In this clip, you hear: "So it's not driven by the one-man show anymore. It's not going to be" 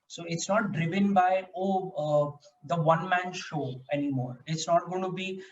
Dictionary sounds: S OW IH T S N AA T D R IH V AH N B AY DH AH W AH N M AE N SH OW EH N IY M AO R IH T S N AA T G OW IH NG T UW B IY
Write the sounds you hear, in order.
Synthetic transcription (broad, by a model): S OW IH T S N AA T D R IH V AH N B AY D AH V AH N M AE N SH OW EH N IY M AO R IH T S N AA T G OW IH T UW B IY